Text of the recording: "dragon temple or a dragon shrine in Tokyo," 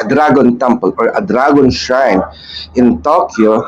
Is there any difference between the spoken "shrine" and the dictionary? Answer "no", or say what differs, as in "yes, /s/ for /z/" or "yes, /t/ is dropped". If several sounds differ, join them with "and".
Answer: yes, /ɹ/ is dropped